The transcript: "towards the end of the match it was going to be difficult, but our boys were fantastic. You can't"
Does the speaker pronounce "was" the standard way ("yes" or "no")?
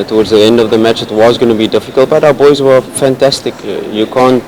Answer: yes